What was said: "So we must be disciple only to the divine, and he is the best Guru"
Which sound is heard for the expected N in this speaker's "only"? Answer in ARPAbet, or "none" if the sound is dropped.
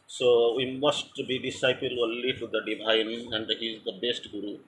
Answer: L